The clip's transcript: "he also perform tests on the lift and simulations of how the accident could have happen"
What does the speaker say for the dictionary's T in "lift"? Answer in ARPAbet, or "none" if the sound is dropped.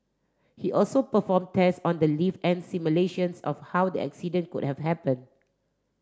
none